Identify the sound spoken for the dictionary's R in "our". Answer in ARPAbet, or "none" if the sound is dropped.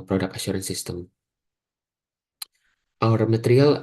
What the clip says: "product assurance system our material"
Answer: R